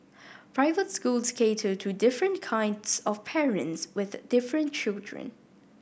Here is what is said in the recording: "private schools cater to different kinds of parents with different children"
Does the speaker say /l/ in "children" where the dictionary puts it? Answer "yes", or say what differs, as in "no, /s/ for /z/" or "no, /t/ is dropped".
yes